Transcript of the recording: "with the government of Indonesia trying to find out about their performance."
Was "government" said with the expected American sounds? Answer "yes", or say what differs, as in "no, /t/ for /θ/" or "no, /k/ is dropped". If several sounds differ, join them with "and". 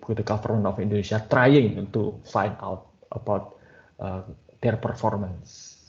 no, /t/ is dropped